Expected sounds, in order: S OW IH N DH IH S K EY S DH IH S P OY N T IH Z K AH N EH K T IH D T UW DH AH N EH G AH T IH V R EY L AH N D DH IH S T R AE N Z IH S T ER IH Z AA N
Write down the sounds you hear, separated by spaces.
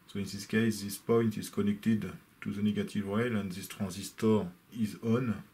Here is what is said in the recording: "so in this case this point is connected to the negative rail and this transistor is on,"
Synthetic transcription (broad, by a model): S OW IH N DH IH S K EY S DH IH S P OY N T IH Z K AH N EH K T IH D T UW DH AH N EH G AH T IH V R EY L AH N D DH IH S T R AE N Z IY S T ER IH Z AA N